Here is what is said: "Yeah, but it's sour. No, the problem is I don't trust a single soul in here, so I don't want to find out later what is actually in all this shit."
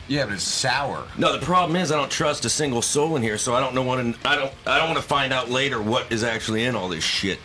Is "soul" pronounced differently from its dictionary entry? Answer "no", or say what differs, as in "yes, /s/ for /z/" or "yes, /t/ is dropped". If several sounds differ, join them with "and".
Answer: no